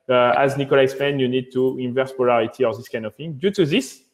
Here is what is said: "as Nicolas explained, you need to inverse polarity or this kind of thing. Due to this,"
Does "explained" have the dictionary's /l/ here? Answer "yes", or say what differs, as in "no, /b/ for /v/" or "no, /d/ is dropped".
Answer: no, /l/ is dropped